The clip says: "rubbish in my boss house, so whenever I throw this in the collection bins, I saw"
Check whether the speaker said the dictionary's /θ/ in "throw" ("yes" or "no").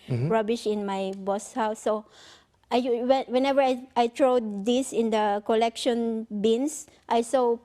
no